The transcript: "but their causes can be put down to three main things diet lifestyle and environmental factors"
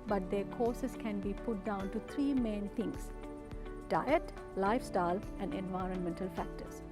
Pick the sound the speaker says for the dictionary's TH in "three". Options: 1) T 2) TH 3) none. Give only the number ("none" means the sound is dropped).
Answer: 1